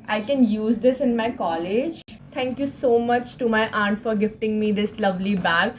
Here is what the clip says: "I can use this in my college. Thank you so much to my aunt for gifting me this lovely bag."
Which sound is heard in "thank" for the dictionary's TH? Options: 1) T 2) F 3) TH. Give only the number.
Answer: 1